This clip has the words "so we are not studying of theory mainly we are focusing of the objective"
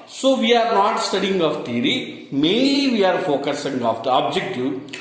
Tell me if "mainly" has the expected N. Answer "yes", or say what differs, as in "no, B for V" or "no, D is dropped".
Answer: no, N is dropped